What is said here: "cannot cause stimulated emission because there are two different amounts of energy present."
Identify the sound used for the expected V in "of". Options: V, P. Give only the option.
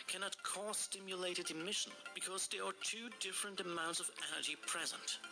V